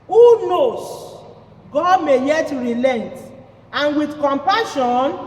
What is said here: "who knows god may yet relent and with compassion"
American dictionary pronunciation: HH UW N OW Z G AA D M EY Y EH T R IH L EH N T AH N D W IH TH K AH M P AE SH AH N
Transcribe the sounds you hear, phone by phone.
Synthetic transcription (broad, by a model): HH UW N OW S G AA D M EY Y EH T R IH L EH N T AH N W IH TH K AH M P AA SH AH N